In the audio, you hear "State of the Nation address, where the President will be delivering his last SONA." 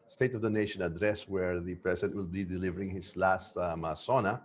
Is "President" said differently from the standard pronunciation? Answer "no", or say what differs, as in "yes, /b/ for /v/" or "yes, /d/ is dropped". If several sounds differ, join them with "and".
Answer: yes, /s/ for /z/